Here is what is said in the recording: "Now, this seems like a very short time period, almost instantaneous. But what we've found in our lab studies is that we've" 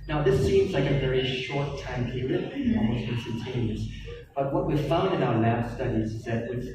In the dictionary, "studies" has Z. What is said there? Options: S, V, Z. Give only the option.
Z